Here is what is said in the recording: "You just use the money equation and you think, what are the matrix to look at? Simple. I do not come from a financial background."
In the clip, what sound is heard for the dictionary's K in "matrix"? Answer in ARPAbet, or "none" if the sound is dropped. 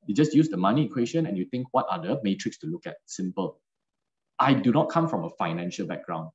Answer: K